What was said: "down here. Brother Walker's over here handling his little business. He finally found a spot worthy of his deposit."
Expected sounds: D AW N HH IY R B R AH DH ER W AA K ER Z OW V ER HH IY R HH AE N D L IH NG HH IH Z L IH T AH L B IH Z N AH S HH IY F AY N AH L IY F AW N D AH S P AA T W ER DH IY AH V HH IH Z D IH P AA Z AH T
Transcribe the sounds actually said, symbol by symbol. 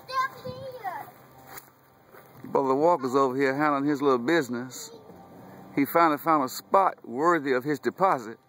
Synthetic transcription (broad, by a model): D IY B AH DH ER W AA K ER Z OW V ER HH IY R HH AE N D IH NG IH Z L IH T L B IH Z N AH S HH IY F AY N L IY F AW N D AH S P AA T W ER DH IY AH V IH Z D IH P AA Z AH T